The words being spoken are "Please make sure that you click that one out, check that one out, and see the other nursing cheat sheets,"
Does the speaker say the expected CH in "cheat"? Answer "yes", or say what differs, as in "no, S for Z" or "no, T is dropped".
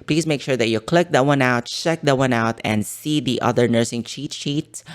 yes